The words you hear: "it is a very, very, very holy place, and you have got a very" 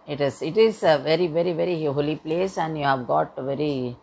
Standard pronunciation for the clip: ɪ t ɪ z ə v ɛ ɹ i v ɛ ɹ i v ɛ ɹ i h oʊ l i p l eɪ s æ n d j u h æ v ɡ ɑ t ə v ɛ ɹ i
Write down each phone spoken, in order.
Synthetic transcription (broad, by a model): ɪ t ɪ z ə v ɛ ɹ i v ɛ ɹ i v ɛ ɹ i h oʊ l i p l eɪ s æ n d j u h æ v ɡ ɑ t ə v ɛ ɹ i